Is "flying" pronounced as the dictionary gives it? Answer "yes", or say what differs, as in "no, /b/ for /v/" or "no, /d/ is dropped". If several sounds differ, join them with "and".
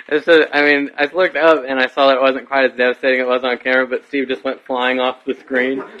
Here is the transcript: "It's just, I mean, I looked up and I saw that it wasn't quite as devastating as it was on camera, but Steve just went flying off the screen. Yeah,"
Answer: yes